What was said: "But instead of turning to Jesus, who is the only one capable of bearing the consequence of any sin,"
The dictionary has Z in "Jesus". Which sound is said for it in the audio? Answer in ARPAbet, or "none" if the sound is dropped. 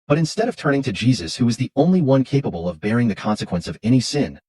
Z